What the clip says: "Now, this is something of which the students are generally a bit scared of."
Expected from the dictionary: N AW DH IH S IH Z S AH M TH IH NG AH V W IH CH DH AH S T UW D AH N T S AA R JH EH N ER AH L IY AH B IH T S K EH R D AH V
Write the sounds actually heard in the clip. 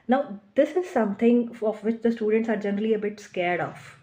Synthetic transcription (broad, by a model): N AW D IH S IH Z S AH M T IH NG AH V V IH CH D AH S T UW D AH N T S AA R JH EH N ER AH L IY AH B IH T S K EH R D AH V